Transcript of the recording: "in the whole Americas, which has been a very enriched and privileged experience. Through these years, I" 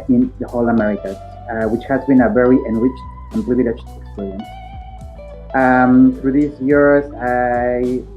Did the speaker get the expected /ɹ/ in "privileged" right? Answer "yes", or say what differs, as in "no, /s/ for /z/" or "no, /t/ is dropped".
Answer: no, /l/ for /ɹ/